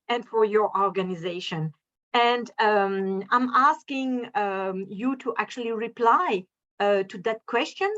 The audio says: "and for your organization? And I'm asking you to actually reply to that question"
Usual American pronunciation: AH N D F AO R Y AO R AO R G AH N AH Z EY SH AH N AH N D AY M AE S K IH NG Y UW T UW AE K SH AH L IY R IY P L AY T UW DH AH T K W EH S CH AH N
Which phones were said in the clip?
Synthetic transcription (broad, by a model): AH N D F AO R Y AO R AO R G AH N AH Z EY SH AH N AH N D AY M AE S K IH NG Y UW T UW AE K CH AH L IY R IY P L AY T UW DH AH T K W EH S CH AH N